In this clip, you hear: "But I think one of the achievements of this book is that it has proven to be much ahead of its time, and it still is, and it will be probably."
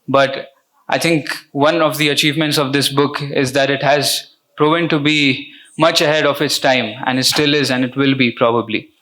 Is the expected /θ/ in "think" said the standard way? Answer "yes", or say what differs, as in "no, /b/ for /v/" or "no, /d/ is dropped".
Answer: no, /t/ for /θ/